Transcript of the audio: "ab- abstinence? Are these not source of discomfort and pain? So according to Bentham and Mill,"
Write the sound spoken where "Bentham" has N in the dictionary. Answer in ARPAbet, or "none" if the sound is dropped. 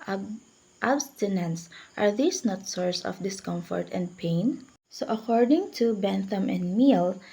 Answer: N